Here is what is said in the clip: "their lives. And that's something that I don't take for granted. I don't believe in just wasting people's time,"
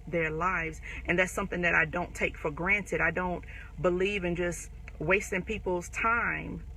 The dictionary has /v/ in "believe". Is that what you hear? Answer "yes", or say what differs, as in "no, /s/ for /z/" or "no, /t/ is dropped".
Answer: yes